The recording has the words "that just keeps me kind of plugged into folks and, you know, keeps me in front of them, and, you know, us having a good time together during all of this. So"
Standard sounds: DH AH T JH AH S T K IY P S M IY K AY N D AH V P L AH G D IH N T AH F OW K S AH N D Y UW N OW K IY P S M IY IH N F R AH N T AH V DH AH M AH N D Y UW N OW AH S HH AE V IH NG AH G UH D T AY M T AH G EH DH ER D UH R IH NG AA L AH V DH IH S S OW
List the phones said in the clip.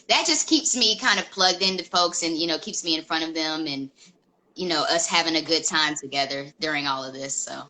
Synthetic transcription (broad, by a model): DH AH T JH AH S K IY P S M IY K AY N D AH V P L AH G D IH N T AH F OW K S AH N Y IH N OW K IY P S M IY IH N F R AH T AH V DH AH M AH N Y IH N OW AH S HH AE V IH NG AH G UH D T AY M T AH G EH DH ER D UH R IH NG AA L AH V DH IH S S OW